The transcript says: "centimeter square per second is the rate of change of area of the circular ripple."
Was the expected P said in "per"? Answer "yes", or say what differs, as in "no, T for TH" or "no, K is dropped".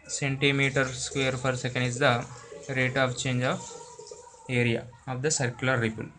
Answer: no, F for P